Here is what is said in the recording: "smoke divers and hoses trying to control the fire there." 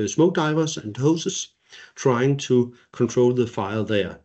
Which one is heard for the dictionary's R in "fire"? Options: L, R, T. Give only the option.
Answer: L